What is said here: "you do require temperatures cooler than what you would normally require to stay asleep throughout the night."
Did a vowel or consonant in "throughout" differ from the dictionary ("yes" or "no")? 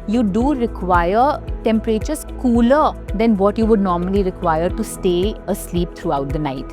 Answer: yes